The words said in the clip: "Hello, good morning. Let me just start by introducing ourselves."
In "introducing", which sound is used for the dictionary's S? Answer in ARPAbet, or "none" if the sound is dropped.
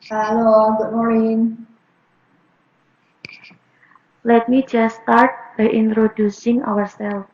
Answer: S